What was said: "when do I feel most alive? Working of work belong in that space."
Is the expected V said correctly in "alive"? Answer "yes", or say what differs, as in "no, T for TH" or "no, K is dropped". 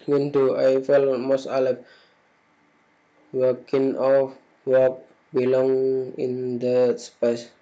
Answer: no, P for V